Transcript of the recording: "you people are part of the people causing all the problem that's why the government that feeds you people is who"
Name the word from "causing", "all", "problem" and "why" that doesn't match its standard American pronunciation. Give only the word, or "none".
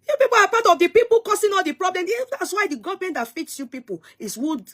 causing